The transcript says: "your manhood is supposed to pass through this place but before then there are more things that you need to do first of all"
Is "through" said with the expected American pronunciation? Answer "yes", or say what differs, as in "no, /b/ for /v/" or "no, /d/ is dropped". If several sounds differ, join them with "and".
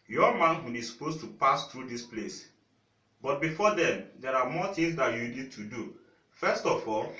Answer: no, /t/ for /θ/